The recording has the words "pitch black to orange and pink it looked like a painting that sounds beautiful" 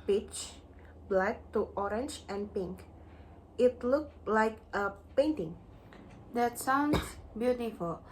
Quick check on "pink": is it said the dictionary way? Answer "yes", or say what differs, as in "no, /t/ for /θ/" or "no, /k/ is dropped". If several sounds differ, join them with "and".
yes